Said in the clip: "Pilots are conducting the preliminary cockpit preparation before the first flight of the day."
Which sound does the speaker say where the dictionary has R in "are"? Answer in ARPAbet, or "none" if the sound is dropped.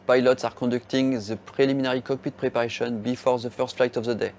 R